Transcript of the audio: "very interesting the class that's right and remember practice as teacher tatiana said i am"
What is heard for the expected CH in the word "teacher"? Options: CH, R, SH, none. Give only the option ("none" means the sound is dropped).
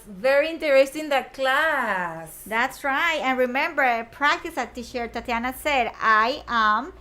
SH